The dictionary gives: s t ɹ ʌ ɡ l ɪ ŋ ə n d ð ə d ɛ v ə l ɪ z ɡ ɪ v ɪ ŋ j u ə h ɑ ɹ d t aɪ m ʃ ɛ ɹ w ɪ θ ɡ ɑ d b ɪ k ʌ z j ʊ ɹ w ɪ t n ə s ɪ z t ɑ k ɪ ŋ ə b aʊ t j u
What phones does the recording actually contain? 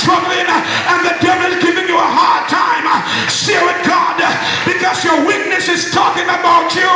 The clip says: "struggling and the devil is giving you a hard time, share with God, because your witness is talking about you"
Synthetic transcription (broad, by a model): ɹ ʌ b l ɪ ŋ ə n ð ə d ɛ v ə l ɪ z ɡ ɪ v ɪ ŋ j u ə h ɑ ɹ d t aɪ m s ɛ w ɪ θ ɡ ɑ d b ɪ k ʌ z j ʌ ɹ w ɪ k n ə s ɪ z t ɑ k ɪ ŋ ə b aʊ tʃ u